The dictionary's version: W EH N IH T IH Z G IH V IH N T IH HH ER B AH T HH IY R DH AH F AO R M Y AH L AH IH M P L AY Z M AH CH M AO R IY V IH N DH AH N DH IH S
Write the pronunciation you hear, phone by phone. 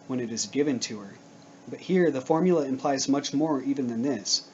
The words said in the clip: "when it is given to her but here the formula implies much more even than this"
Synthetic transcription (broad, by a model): W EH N IH T IH Z G IH V IH N T IH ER B AH T HH IY R DH AH F AO R M Y L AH IH M P L AY Z M AH CH M AO R IY V IH N DH AH N DH IH S